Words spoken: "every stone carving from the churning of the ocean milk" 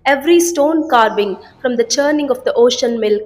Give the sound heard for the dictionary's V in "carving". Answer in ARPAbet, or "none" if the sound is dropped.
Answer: B